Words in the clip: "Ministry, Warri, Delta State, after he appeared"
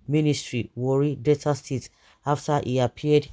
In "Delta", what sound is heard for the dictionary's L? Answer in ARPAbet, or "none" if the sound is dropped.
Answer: none